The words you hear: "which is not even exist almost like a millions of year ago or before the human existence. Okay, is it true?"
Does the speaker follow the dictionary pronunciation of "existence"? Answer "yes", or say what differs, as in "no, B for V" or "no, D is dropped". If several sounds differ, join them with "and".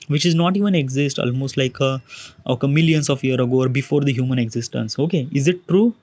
yes